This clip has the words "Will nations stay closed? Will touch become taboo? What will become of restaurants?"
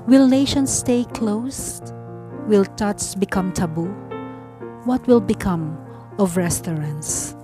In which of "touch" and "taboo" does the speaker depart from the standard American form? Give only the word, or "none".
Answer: touch